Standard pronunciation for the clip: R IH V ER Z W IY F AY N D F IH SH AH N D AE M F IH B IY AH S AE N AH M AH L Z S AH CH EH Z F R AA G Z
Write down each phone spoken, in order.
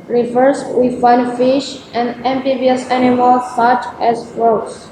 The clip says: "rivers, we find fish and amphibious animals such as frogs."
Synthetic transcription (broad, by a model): R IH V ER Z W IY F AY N F IH SH AH N D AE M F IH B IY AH S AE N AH M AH L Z S AH CH EH Z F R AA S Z